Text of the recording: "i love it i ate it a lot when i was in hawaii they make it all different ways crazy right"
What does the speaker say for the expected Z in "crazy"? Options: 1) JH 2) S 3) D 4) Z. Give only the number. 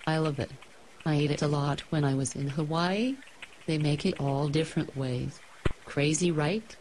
4